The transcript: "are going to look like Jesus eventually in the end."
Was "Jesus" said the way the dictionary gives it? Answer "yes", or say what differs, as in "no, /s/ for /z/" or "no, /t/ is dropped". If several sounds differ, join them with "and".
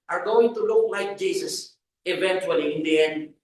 no, /s/ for /z/